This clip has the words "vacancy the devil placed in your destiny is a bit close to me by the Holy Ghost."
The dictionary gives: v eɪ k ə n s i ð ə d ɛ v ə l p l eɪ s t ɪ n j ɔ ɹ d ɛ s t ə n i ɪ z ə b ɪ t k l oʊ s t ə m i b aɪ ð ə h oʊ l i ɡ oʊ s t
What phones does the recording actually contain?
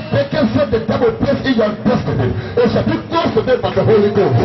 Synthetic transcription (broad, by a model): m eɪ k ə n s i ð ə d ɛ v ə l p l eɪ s ɪ n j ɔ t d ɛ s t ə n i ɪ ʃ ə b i k l oʊ s t ə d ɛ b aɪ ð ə h oʊ l i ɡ oʊ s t